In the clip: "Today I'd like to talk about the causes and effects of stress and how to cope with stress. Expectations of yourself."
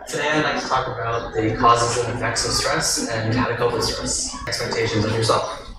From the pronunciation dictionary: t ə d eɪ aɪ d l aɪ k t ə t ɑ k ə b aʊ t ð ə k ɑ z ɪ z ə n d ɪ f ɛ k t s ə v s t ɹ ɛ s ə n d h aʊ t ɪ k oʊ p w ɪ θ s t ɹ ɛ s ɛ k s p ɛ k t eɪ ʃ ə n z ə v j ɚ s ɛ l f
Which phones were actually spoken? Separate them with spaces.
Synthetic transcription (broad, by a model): t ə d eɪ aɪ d l aɪ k t ə t ɑ k ə b aʊ t ð ə k ɑ z ɪ z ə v ɪ f ɛ k t s ə v s t ɹ ɛ s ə n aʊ t ɪ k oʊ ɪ s t ɹ ɛ s ɛ k s p ɛ k t eɪ ʃ ə n z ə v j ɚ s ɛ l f